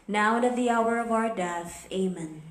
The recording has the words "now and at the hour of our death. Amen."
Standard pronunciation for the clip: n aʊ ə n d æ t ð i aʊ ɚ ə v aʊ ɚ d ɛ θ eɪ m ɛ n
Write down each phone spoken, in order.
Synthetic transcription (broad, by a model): n aʊ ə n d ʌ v ð i aʊ ɚ ə v aʊ ɚ d ɛ θ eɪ m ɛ n